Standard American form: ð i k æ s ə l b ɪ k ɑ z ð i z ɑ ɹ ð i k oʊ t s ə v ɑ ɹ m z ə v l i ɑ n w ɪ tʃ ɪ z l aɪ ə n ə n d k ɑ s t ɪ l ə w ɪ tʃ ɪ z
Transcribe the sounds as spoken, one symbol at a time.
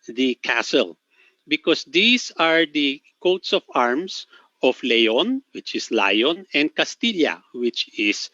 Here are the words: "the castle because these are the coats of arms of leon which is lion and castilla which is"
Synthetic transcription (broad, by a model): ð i k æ s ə l b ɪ k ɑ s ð i s ɑ ɹ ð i k oʊ t s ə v ɑ ɹ m s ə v l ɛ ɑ n w ɪ tʃ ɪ s l aɪ ə n ə n d k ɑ s t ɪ l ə w ɪ tʃ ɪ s